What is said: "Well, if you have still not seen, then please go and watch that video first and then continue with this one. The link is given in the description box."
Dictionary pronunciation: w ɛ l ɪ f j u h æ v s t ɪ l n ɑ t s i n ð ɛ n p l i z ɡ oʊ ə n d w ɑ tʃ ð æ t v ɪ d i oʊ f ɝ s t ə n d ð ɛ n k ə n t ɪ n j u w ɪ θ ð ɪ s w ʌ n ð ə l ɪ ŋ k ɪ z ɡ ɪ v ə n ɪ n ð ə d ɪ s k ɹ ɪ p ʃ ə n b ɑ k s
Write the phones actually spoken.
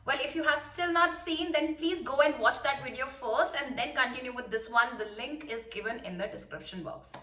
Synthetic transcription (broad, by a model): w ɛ l ɪ f j u h æ v s t ɪ l n ɑ t s i n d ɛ n p l i z ɡ oʊ ə n d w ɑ tʃ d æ t v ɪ d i oʊ f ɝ s t ə n d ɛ n k ə n t ɪ n j u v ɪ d ɪ s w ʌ n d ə l ɪ ŋ k ɪ z ɡ ɪ v ə n ɪ n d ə d ɪ s k ɹ ɪ p ʃ ə n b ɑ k s